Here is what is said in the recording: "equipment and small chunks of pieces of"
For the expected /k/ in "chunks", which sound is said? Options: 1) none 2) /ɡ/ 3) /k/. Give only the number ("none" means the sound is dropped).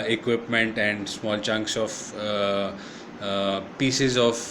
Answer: 3